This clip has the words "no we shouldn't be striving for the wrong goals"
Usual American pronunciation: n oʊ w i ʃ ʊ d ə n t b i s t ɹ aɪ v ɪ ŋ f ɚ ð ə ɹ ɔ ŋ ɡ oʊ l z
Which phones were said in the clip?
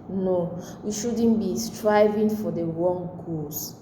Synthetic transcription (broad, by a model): n oʊ w i ʃ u d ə n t b i s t ɹ aɪ v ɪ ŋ f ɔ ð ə w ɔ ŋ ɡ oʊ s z